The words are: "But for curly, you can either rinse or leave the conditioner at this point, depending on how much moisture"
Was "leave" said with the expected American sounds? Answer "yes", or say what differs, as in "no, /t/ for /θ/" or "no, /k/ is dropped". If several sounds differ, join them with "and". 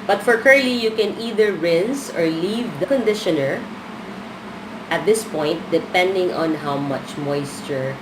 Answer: yes